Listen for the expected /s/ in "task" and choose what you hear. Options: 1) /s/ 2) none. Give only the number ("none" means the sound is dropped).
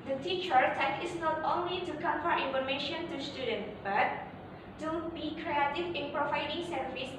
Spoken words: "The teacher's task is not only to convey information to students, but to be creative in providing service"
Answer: 2